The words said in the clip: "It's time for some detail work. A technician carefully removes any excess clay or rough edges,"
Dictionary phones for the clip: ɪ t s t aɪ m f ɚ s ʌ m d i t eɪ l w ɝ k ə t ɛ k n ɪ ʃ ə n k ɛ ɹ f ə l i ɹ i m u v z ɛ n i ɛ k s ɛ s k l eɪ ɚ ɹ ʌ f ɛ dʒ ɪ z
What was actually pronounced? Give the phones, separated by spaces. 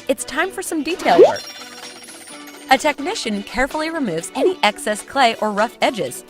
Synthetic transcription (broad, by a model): ɪ t s t aɪ m f ɚ s ʌ m d i t eɪ l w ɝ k ə t ɛ k n ɪ ʃ ə n k ɛ ɹ f l i ɹ i m u v z ɛ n i ɛ k s ɛ s k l eɪ ɚ ɹ ʌ f ɛ dʒ ɪ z